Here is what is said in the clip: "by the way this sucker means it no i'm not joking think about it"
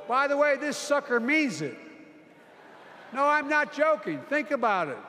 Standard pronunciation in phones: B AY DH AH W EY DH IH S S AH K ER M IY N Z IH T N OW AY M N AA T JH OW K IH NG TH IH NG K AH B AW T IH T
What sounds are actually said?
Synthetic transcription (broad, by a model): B AY DH AH W EY DH IH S S AH K ER M IY N Z IH T N OW AY M N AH T JH OW K IH NG TH IH NG K AH B AW T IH T